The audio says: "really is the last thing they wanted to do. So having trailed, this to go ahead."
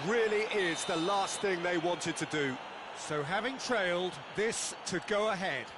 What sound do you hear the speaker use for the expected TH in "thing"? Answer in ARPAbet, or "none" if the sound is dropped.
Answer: TH